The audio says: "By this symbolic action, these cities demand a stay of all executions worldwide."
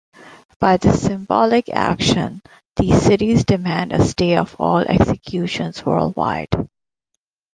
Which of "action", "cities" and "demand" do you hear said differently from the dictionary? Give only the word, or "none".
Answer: none